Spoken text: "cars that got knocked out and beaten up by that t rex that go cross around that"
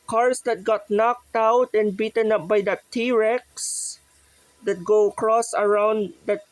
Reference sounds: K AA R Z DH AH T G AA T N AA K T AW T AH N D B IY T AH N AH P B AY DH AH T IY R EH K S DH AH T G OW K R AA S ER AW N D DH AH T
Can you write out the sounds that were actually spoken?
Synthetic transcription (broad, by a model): K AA R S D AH T G AA T N AA K T AW T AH N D B IY T AH N AH P B AY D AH T IY R EH K S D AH T G OW K R AA S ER AW N D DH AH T